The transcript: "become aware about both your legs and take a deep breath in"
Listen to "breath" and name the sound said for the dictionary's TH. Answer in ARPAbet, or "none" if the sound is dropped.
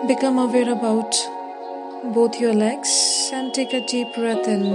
T